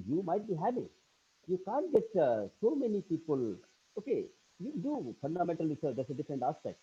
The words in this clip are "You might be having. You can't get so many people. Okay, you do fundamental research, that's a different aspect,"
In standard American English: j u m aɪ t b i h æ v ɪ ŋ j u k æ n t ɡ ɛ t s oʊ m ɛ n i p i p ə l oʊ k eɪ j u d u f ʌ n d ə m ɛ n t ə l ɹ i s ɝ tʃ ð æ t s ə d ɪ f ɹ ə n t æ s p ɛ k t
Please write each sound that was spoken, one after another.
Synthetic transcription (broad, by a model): j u m aɪ t b i h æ p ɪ j u k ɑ n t ɡ ɛ t s oʊ m ɛ n i p i p ə l oʊ k eɪ j u d u f ʌ n d ə m ɛ n t ə l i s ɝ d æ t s ə d ɪ f ɹ ə n t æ s p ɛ k t